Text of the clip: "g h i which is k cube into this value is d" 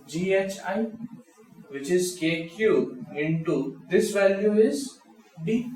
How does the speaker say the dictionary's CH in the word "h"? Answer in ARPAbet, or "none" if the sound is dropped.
CH